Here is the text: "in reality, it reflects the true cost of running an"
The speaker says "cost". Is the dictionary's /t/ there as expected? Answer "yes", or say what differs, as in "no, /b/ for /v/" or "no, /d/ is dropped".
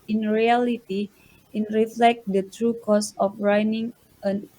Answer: no, /t/ is dropped